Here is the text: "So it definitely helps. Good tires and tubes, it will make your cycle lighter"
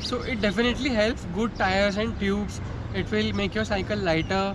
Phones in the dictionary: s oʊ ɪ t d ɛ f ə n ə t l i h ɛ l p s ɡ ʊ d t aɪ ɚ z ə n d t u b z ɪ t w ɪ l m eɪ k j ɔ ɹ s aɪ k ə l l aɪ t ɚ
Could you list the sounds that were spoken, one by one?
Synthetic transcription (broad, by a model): s oʊ ɪ t d ɛ f ə n ə t l i h ɛ l p s ɡ ʊ d t aɪ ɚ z ə n d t u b s ɪ t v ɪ l m eɪ k j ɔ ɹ s aɪ k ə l l aɪ t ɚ